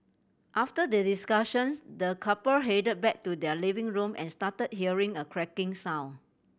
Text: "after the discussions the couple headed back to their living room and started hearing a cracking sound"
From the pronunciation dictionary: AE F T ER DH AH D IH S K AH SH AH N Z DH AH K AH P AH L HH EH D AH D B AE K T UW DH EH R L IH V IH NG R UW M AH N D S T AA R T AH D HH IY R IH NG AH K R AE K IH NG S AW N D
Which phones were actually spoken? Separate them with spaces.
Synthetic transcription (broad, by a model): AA F T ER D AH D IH S K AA SH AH N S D AH K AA P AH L HH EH D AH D B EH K T UW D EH L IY V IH NG R UW M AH N S T AA T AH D HH IY R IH NG AH K R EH K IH NG S AW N